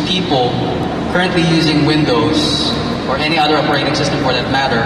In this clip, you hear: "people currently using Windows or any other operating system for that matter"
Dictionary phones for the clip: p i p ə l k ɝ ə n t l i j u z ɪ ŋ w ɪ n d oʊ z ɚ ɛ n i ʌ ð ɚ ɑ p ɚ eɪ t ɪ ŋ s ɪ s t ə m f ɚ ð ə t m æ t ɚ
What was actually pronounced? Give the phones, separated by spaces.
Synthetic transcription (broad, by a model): p i p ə l k ɝ ə n t l i j u z ɪ ŋ w ɪ n d oʊ z ɚ ɛ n i ʌ ð ɚ ɑ p ɚ eɪ t ɪ ŋ s ɪ s t ə m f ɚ ð ə t m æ t ɚ